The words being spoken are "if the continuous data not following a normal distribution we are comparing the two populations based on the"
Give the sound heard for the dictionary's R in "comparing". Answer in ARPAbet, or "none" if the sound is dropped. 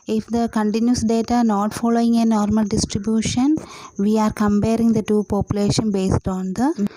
R